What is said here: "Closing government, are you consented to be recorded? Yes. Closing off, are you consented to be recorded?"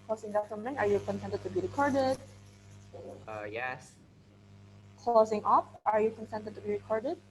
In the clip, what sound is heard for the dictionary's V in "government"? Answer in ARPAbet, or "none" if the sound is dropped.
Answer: F